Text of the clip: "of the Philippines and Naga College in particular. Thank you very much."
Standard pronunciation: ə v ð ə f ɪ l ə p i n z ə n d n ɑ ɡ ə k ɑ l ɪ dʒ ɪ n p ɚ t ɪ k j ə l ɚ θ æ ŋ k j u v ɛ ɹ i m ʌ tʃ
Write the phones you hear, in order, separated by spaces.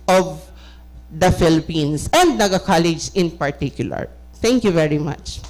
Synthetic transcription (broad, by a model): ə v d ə f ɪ l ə p i n s ə n d n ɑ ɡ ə k ɑ l ɪ dʒ ɪ n p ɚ t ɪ k j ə l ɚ t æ ŋ k j u v ɛ ɹ i m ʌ tʃ